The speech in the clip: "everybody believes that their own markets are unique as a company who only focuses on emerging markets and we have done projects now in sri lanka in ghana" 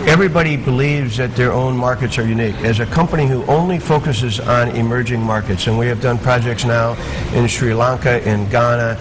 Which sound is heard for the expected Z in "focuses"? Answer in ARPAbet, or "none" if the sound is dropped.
Z